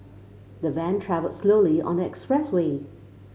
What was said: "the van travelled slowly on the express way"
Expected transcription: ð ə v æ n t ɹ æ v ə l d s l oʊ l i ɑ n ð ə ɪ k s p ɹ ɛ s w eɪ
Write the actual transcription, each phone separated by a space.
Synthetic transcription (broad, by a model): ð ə v æ n t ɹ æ v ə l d s l oʊ l i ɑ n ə ɪ k s p ɹ ɛ s w eɪ